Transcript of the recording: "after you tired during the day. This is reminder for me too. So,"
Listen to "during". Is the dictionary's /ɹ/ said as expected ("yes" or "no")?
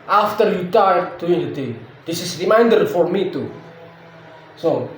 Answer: no